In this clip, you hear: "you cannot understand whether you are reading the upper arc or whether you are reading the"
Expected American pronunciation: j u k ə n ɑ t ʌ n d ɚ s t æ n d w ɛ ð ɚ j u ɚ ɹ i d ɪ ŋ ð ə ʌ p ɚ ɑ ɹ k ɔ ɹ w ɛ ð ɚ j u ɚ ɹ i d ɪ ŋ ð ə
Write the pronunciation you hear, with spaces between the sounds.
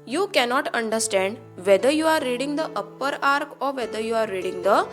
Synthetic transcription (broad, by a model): j u k ə n ɑ t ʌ n d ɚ s t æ n d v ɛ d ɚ j u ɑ ɹ i d ɪ ŋ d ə ʌ p ɚ ɑ ɹ k ɔ ɹ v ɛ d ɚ j u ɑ ɹ i d ɪ ŋ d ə